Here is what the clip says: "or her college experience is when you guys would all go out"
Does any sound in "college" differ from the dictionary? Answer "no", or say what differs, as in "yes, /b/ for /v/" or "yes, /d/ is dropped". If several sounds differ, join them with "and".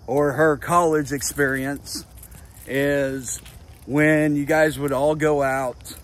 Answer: no